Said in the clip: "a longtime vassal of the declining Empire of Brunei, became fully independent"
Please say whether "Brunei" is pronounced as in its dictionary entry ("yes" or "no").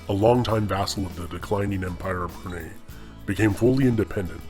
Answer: no